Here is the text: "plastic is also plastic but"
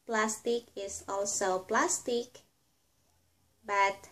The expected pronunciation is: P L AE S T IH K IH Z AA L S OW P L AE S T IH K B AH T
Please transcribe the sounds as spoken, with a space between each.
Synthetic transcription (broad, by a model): P L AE S T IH K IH S AA L S OW P L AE S T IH K B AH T